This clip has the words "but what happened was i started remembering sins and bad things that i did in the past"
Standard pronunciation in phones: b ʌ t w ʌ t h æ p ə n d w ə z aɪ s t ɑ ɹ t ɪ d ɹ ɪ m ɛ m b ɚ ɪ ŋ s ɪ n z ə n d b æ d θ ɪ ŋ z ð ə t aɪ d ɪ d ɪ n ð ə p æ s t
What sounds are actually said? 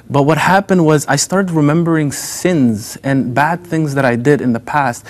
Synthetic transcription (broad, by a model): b ʌ t w ʌ t h æ p ə n d w ə z aɪ s t ɑ ɹ t ɪ d ɹ ɪ m ɛ m b ɚ ɪ ŋ s ɪ n z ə n b æ d θ ɪ ŋ z ð ə t aɪ d ɪ d ɪ n ð ə p æ s t